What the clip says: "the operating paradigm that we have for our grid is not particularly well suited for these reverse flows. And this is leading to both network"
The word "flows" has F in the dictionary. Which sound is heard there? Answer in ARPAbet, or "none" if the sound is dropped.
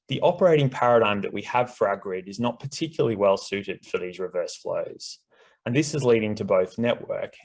F